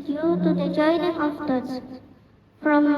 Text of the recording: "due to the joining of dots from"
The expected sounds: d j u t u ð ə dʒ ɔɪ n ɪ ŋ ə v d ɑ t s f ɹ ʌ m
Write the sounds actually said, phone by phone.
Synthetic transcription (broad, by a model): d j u t u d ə dʒ ɔɪ n ɪ ŋ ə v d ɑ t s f ɹ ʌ m